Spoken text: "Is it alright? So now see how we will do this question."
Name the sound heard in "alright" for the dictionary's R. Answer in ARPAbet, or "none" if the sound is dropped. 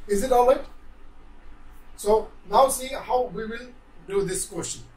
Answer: none